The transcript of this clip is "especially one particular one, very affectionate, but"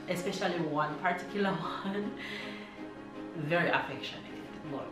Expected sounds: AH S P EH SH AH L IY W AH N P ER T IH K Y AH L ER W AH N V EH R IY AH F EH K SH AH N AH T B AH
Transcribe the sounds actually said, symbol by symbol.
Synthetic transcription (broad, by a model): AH S P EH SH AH L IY W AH N P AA T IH K Y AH L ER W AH N V EH R IY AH F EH K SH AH N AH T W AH